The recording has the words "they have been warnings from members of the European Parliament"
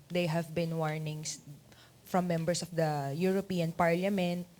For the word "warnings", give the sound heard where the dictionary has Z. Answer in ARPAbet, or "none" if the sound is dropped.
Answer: S